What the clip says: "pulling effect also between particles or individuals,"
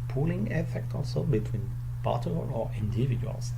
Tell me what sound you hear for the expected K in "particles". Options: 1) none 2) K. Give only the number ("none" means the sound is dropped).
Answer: 1